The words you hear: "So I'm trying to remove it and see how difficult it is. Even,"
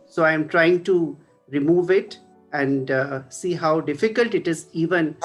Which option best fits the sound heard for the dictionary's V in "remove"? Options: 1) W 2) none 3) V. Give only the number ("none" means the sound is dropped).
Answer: 3